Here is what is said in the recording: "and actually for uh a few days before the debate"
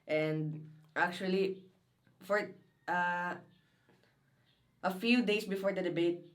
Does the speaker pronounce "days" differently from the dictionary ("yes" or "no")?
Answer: yes